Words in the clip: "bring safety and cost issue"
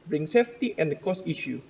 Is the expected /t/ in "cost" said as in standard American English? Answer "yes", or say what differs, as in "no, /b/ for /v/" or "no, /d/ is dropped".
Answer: no, /t/ is dropped